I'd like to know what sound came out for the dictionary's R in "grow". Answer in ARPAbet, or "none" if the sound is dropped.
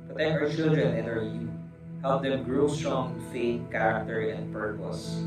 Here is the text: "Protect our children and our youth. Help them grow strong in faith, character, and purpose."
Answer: R